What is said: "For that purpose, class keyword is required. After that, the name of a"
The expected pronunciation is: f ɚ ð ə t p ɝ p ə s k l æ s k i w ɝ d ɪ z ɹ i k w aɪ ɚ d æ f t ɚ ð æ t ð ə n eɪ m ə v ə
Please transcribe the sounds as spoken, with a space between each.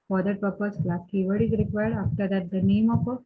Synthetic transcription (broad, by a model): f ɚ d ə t p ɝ p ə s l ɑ k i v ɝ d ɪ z ɹ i k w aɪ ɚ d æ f t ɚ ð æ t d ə n eɪ m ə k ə